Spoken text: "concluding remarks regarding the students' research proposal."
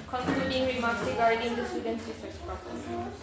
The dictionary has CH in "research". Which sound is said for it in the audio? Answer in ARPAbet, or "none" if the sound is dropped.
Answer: S